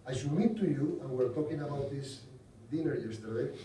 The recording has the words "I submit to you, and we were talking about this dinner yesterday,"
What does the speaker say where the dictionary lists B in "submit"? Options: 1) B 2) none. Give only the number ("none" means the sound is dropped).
2